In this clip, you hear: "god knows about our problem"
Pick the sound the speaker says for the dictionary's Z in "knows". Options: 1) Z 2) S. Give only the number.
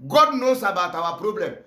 2